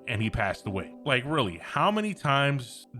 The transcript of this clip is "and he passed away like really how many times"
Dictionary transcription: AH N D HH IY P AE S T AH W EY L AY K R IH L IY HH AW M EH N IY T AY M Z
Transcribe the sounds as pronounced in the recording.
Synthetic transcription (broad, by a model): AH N IY P AE S T AH W EY L AY K R IH L IY HH AW M EH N IY T AY M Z